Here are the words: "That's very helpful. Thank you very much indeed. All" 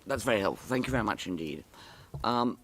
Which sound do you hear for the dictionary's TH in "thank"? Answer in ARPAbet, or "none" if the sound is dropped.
TH